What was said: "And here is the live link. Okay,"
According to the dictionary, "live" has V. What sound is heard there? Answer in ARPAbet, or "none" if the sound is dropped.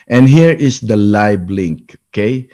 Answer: B